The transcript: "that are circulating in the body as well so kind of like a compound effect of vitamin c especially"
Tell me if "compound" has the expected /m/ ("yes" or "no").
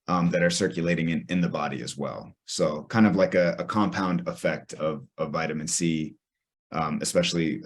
yes